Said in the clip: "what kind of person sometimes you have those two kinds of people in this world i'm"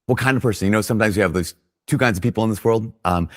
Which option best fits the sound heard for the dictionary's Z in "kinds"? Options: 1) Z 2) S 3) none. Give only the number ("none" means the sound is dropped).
1